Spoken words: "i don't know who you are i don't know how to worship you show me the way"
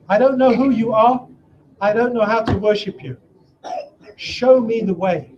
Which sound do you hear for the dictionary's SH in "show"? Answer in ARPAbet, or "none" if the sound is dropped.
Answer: SH